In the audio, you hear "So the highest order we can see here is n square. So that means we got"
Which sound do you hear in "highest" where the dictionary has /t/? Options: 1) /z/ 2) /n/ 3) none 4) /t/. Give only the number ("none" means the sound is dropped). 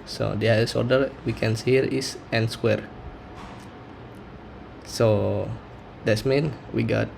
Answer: 3